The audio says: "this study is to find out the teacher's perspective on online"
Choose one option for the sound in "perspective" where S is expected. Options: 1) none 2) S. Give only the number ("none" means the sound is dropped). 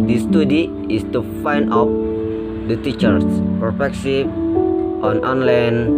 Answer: 1